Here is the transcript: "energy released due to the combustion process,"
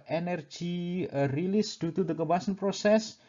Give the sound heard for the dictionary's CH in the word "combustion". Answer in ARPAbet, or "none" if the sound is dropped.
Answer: none